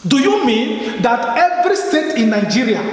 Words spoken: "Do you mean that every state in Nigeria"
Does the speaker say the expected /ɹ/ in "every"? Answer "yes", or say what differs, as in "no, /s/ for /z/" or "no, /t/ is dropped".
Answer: yes